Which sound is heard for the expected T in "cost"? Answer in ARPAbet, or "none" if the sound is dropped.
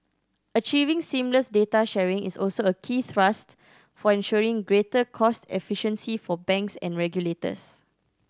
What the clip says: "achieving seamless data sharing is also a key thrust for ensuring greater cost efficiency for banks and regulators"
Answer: T